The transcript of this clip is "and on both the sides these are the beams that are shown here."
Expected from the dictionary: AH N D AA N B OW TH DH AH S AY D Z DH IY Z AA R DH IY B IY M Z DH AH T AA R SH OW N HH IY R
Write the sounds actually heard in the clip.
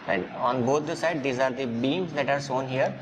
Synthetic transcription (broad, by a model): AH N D AA N B OW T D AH S AY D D IY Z AA R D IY B IY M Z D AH T AA R S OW N HH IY R